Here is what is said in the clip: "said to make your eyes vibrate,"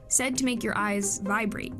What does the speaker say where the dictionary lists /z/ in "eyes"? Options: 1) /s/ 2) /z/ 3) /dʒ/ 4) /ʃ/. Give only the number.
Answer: 2